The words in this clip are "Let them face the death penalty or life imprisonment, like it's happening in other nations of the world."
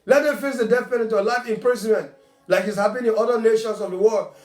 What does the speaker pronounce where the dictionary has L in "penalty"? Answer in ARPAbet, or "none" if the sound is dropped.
none